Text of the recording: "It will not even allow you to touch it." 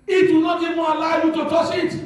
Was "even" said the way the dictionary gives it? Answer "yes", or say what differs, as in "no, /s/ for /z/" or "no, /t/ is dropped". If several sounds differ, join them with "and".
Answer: no, /n/ is dropped